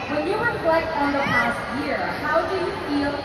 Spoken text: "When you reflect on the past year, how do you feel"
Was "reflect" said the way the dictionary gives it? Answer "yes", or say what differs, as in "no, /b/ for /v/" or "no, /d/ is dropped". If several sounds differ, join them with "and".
no, /w/ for /ɹ/